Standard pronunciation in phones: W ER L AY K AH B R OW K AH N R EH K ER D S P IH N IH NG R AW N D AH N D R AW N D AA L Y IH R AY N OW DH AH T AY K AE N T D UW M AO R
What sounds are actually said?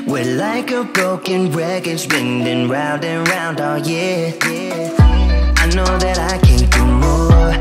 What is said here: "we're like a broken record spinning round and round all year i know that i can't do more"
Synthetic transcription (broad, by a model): W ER L AY K AH B R OW K AH N R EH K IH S B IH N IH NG R AW N D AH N R AW N D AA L Y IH AY N OW DH AH T AY K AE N D UW M AO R